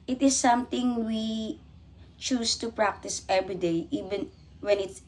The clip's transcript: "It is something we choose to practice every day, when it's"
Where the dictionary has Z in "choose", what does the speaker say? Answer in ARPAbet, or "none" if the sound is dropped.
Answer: S